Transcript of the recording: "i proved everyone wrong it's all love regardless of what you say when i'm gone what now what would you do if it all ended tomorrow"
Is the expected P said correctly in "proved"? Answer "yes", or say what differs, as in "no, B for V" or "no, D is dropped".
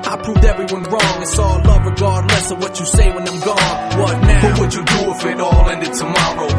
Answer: yes